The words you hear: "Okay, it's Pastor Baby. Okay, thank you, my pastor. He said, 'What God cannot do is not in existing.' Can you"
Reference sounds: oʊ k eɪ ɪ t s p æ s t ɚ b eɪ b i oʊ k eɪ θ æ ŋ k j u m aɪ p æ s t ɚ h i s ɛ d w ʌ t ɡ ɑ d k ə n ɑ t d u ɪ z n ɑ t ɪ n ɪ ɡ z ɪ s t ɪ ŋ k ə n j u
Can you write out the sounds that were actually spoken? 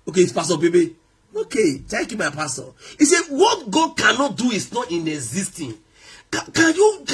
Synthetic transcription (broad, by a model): oʊ k eɪ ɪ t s p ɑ s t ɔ b eɪ b i oʊ k eɪ t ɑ k j u m aɪ p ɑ s t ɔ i s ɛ w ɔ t ɡ ɑ d k ə n ɑ t d u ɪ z n ɑ t ɪ n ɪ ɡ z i s t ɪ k k ə n j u